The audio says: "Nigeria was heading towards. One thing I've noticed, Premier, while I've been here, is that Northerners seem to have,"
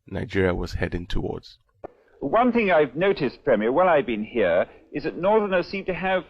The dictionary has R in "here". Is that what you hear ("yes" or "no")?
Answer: yes